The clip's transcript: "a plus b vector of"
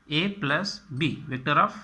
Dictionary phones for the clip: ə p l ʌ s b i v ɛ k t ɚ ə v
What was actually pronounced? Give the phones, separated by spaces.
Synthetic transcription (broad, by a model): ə p l ʌ s b i v ɛ k t ɚ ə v